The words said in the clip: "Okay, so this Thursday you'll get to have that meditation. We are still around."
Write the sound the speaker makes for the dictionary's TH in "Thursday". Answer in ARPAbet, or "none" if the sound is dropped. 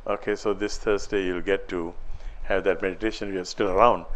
T